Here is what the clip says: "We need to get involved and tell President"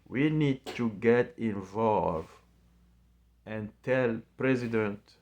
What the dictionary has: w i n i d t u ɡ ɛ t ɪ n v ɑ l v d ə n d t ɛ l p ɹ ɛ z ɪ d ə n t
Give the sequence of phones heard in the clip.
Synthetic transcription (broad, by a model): w i n i d t u ɡ ɛ t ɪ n v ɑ l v ə n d t ɛ l p ɹ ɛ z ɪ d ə n t